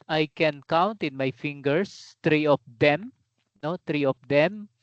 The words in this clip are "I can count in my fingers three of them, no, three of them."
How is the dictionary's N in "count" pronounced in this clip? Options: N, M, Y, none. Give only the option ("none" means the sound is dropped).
N